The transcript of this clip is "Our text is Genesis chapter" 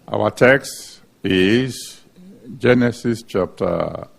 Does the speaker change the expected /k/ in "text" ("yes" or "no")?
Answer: no